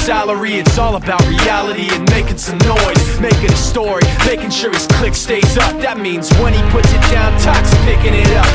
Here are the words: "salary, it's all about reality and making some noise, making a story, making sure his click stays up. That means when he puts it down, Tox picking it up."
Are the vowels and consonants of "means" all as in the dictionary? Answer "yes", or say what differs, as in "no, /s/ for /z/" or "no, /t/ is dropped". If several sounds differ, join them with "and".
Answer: yes